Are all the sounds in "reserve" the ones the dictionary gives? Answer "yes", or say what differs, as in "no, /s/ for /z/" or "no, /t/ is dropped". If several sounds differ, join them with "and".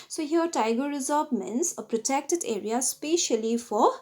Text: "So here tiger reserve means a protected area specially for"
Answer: no, /b/ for /v/